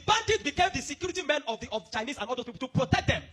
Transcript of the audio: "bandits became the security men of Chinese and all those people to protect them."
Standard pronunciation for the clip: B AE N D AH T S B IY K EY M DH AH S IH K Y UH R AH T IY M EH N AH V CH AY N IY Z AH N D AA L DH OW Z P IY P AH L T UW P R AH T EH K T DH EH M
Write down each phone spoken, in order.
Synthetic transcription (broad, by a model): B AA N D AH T B IY K EY M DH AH S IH K Y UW R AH T IY M EH N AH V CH AY N IY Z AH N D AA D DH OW S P IY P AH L T UW P R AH T EH K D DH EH M